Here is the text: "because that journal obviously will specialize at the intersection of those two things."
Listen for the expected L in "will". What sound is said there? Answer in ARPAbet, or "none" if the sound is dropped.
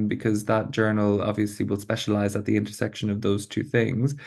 L